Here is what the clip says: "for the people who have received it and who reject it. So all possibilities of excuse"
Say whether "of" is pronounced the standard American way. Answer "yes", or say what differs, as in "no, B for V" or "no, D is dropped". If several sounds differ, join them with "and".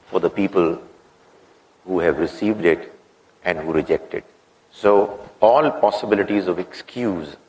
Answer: yes